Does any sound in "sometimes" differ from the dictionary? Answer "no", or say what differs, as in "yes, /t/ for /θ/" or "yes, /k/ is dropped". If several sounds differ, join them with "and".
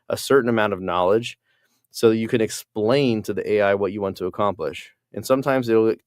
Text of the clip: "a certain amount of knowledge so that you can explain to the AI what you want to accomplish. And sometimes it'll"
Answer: no